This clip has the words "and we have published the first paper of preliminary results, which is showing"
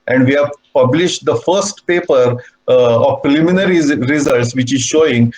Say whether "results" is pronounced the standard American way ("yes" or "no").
yes